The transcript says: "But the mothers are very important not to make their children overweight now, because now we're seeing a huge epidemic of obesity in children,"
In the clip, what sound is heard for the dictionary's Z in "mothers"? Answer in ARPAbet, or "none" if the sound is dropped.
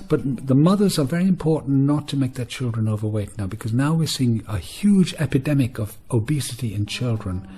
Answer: Z